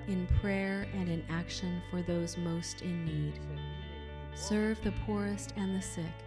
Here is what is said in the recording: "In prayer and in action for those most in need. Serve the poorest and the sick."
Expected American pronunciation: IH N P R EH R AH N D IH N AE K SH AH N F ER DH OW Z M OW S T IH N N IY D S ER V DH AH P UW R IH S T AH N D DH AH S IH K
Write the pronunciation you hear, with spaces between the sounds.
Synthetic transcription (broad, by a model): IH N P R EH R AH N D IH N AE K SH AH N F ER DH OW Z M OW S T IH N N IY D S ER V DH AH P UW R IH S T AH N DH AH S IH K